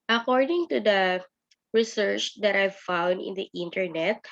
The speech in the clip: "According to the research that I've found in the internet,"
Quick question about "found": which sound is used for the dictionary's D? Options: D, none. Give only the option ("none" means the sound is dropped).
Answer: D